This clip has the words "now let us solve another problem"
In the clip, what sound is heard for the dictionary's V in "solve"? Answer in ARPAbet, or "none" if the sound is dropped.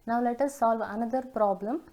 V